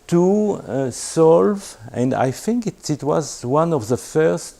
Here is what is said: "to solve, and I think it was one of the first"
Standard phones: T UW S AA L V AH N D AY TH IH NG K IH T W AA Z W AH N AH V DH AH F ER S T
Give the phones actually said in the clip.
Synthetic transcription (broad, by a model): T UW S AA L V AH N D AY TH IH NG K IH T W AA Z W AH N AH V DH AH F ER S T